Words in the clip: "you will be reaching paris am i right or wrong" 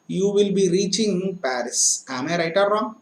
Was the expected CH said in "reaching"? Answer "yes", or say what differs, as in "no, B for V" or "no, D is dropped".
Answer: yes